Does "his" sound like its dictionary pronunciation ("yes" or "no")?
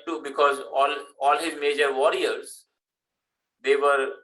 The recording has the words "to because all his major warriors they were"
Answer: yes